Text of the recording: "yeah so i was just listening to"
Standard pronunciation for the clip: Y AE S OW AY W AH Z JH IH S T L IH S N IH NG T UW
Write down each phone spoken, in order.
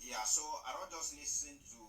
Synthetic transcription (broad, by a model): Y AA S OW AY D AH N JH IH S T L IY S IH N T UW